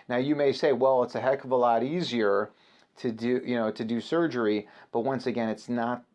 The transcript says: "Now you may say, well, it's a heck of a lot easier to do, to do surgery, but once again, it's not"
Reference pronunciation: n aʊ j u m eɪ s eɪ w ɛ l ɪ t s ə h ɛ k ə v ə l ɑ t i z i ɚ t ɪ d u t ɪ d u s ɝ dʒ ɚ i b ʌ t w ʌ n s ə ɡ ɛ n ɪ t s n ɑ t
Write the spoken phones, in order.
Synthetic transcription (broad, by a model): n aʊ j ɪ m eɪ s eɪ w ɛ l ɪ t s ə h ɛ k ə v ə l ɑ t i z i ɚ t ɪ d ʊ t ɪ d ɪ s ɝ dʒ ɚ i b ʌ t w ʌ n s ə ɡ ɛ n ɪ t s n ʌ t